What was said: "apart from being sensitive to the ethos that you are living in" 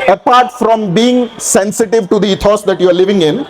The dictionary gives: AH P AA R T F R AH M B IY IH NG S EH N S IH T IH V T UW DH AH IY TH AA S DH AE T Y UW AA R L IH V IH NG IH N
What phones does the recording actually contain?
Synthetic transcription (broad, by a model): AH P AA R T F R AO M B IY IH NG S EH N S IH T IH V T UW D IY T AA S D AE T Y UW AA R L IH V IH NG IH N